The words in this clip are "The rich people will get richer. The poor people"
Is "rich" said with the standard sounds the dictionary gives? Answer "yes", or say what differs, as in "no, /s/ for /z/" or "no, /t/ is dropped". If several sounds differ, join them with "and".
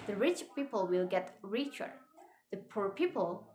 yes